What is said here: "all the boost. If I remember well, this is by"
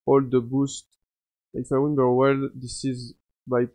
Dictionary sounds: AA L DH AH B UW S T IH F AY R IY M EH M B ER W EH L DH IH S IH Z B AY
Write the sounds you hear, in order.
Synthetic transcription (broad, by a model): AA L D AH B UW S T IH F AY W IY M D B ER W EH L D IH S IH Z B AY